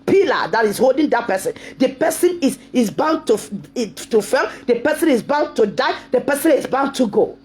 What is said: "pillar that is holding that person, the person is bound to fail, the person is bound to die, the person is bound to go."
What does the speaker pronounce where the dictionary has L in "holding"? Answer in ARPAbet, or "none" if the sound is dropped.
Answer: L